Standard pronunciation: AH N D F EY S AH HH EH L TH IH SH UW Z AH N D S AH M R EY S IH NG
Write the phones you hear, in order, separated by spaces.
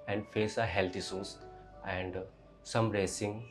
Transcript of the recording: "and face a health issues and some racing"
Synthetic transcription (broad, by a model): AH N D F EY S AH HH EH L T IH S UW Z AH N D S AH M R EY S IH NG